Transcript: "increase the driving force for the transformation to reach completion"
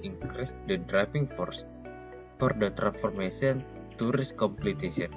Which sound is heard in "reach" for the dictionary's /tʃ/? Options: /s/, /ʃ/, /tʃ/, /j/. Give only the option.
/s/